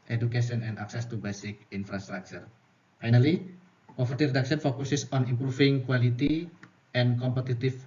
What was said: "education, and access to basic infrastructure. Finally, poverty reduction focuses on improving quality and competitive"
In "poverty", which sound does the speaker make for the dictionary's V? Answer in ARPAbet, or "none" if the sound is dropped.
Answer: F